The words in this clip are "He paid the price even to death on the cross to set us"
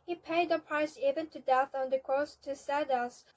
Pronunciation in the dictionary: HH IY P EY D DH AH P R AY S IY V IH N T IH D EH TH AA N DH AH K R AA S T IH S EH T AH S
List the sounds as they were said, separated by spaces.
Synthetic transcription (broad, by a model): HH IY P EY D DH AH P R AY S IY V IH N T IH D EH TH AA N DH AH K R AA S T IH S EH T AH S